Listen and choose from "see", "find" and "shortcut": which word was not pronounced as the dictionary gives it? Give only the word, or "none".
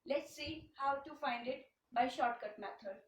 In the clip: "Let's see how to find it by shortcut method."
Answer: none